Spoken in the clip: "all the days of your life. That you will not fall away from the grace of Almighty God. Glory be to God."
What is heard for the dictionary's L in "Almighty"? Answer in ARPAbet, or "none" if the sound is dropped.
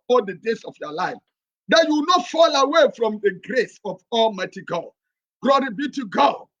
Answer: L